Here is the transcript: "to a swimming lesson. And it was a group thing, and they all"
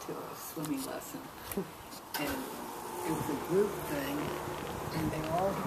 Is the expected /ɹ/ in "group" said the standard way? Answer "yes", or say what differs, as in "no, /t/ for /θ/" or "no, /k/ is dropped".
no, /ɹ/ is dropped